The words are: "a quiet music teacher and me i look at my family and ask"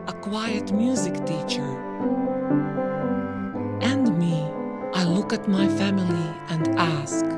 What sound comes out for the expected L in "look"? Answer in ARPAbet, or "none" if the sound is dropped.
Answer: L